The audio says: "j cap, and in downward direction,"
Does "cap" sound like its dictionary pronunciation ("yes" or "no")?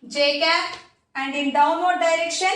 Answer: no